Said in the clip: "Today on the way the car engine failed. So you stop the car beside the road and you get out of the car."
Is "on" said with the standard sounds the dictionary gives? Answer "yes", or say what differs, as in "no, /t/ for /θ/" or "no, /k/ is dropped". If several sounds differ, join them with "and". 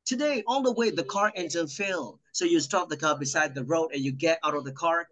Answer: no, /l/ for /n/